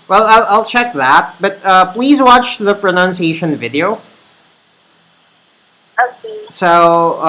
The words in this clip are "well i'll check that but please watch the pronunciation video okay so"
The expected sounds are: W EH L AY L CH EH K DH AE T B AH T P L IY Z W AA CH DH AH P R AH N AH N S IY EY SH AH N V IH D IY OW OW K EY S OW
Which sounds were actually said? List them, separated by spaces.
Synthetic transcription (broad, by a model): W EH L AY L CH EH K DH AE T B AH T P L IY Z W AA CH DH AH P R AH N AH N S IY EY SH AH N V IH D IY OW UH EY S OW